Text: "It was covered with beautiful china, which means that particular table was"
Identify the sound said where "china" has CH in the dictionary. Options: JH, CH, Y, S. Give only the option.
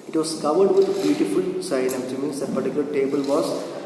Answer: S